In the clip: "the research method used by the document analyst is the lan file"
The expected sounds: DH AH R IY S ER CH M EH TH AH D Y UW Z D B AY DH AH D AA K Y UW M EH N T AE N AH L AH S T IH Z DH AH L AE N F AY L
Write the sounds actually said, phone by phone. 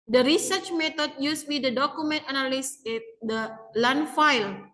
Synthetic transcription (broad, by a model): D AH R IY S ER CH M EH T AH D Y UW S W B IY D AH D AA K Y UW M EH N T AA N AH L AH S IH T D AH L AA N F AY L